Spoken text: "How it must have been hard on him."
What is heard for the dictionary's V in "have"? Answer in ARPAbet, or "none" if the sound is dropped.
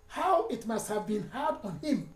V